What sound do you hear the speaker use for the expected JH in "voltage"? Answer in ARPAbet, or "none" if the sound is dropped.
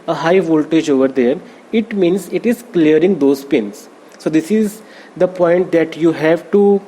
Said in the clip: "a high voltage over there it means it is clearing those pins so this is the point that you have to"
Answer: JH